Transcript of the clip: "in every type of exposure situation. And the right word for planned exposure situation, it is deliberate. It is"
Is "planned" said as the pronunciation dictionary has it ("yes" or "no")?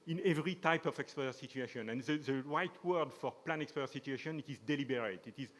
no